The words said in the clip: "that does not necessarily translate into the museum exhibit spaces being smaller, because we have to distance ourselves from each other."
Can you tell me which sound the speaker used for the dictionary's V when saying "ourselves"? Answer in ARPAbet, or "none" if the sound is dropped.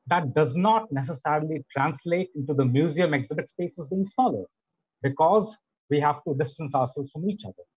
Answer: none